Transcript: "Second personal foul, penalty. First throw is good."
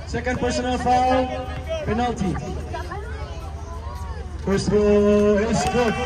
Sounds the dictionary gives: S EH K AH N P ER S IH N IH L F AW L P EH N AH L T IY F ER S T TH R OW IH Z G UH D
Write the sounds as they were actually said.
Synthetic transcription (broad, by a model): S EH K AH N P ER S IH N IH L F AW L P EH N AH L T IY P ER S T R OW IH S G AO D